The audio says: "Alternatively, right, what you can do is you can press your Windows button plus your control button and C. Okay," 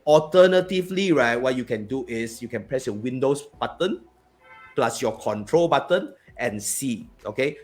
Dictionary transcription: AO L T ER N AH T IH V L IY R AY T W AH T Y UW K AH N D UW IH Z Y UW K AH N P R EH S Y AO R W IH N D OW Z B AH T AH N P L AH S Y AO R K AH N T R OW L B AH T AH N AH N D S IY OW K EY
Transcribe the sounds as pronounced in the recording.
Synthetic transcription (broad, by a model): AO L T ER N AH T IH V L IY R AY T W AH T Y UW K AH N D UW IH S Y UW K AH N P R EH S Y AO W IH N D OW S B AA T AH N P L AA S Y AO K AH N T R OW L B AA T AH N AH N S IY OW K EY